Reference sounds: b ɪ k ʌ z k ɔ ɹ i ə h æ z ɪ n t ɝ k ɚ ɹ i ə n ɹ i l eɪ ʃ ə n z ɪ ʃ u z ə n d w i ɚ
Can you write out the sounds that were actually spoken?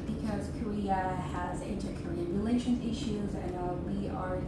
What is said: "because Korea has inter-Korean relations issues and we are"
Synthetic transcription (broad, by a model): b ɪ k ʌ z k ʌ ɹ i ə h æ z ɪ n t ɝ k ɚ ɹ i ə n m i l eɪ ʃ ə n ɪ ʃ u z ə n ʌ w i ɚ